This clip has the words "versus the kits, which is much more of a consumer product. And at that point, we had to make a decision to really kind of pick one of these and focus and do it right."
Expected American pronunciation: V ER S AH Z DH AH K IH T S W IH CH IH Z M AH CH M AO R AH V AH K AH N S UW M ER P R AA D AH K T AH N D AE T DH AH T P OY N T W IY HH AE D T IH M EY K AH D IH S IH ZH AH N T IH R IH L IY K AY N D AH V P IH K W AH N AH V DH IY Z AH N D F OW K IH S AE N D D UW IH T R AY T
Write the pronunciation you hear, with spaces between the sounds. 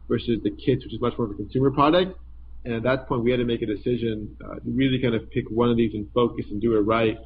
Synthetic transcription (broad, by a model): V ER S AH Z DH AH K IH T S W IH CH IH Z M AH CH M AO R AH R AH K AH N S UW M ER P R AA D AH K T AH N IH T DH AH T P OY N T W IY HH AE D T IH M EY K AH D IH S IH ZH AH N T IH R IH L IY K AY N D AH V P IH K W AH N AH V DH IY Z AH N F OW K IH S N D D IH IH T R AY T